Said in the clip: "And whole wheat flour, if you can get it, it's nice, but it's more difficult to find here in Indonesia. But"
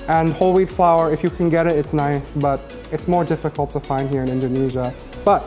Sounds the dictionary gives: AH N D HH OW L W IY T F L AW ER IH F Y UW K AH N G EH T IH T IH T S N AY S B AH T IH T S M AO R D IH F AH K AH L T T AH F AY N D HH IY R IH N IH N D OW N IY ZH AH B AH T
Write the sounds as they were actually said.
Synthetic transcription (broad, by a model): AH N HH OW L W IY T F L AW ER IH F Y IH K AH N G EH T IH T IH T S N AY S B AH T IH T S M AO R D IH F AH K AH L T T AH F AY N D HH IY R IH N IH N D OW N IY ZH AH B AH T